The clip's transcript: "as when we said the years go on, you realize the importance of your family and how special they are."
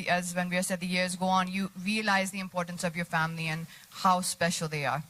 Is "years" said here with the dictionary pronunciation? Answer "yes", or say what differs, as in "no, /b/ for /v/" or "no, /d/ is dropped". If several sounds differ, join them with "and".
yes